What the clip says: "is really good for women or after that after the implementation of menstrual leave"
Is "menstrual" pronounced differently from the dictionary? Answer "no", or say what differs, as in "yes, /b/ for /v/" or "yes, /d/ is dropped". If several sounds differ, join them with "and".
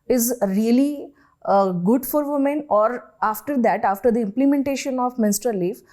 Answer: yes, /ɹ/ is dropped